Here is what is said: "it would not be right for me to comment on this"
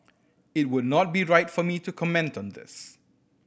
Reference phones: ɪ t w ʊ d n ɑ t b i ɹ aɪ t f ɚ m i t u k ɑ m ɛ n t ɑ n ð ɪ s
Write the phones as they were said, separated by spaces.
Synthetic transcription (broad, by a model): ɪ t w ʊ d n ɑ t b i ɹ aɪ t f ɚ m i t u k ɑ m ɛ n t ɑ n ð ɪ s